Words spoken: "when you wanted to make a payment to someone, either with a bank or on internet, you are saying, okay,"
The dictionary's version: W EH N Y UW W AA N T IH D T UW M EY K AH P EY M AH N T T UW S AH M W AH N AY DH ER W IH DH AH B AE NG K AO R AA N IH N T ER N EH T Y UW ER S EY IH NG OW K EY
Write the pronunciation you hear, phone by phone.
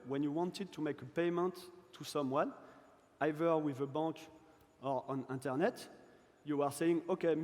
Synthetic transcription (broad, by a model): W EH N Y UW W AA N T IH D T UW M EY K AH P EY M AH N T T UW S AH M W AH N AY DH ER W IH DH AH B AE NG K AO R AA N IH N T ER N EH T Y UW ER S EY IH NG OW K EY